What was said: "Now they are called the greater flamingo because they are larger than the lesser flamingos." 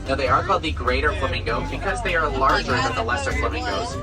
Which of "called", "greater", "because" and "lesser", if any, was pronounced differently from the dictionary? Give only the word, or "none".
called